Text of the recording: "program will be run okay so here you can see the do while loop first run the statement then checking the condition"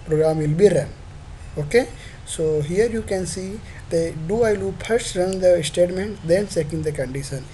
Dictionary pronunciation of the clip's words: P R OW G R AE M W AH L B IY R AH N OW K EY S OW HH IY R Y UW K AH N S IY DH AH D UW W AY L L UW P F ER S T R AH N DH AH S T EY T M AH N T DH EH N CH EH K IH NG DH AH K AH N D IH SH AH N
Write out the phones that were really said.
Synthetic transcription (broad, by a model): P R OW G R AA M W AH L B IY R AH N OW K EY S OW HH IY R Y UW K AH N S IY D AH D UW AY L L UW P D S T R AH N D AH S T EY T M AH N T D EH N S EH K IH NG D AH K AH N D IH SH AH N